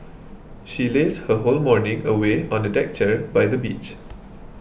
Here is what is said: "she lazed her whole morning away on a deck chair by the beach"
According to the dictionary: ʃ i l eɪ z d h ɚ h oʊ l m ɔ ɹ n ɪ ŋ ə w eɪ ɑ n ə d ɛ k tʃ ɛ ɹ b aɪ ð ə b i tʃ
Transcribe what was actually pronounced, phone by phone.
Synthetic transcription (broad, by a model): ʃ i l eɪ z h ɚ h oʊ l m ɔ ɹ n ɪ ŋ ə w eɪ ɑ n ə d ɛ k tʃ ɛ ɹ b aɪ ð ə b i tʃ